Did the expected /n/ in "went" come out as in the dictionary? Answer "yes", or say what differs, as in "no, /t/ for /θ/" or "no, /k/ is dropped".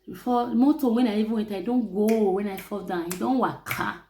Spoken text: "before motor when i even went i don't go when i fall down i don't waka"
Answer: no, /n/ is dropped